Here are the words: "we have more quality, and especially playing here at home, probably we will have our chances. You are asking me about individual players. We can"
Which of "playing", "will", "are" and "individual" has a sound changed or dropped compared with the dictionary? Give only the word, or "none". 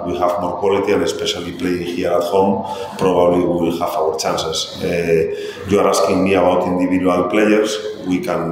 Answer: individual